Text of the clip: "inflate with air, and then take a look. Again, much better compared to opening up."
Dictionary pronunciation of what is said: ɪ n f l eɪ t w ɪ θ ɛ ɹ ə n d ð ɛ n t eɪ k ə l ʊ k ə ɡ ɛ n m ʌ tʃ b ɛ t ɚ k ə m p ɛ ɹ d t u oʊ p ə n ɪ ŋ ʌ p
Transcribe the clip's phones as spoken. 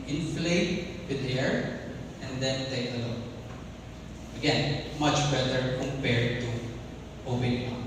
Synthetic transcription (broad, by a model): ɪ n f l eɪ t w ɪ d ɛ ɹ ə n d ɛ n t eɪ k ə l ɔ ə ɡ ɛ n m ʌ tʃ b ɛ t ɚ k ə m p ɛ ɹ d t u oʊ b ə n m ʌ